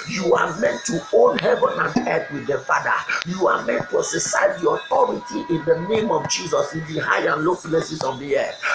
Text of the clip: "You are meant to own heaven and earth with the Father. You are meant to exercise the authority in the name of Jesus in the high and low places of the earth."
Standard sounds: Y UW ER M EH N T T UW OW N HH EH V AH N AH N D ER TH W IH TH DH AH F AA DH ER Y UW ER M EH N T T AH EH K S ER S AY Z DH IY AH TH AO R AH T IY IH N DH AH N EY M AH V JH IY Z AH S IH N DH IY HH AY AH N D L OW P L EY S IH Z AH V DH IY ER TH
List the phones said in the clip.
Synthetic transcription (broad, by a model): Y UW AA M EH N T T UW OW N HH EH V AH N AH N D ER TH W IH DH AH F AA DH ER Y UW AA M EH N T T AH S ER S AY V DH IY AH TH AO R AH T IY IH N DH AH N EY M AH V JH IY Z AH S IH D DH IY HH AY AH N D L OW F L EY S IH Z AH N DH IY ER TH